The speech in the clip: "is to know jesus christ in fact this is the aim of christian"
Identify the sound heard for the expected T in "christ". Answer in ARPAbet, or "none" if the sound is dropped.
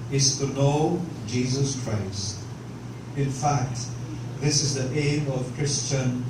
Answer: T